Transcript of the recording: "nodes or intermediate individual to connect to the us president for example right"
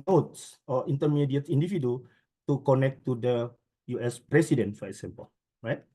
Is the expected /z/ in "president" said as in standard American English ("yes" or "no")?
no